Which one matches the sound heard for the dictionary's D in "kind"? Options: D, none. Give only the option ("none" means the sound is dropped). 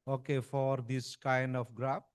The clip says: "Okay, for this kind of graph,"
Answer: D